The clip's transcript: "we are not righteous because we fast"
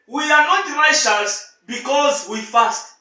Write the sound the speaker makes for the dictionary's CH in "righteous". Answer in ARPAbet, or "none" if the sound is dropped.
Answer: SH